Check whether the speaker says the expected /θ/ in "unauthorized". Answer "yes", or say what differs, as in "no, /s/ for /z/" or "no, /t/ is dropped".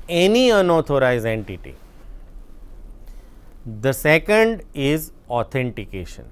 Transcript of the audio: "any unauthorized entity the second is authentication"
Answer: no, /t/ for /θ/